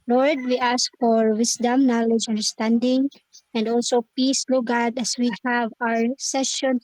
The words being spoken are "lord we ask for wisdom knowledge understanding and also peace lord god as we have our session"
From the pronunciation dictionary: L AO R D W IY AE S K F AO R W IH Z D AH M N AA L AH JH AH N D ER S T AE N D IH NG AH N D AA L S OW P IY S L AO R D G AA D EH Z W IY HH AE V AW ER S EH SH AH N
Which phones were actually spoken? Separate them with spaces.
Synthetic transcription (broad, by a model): L AO R D W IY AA S K F AO R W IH S D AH M N AA L AH JH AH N D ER S T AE N D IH NG AH N D AA L S OW P IY S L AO G AA D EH S W IY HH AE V AW ER S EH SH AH N